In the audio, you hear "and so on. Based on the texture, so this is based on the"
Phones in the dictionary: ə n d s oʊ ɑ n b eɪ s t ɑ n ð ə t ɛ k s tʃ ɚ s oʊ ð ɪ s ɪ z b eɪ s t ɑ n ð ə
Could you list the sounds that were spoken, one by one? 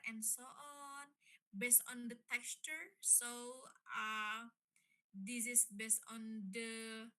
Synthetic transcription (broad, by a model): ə n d s oʊ ɑ n b eɪ s t ɑ n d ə t ɛ k s tʃ ɚ s oʊ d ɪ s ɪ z b eɪ s t ɑ n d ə